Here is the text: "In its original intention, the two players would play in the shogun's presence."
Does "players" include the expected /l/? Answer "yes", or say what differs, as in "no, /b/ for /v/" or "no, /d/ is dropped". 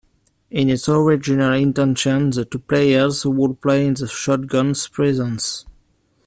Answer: yes